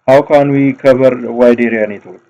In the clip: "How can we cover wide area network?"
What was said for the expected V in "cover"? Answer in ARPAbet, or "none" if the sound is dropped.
B